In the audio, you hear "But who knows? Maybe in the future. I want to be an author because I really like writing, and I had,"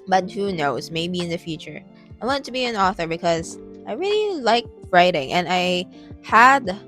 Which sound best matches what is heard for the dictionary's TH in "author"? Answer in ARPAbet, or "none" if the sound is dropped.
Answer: TH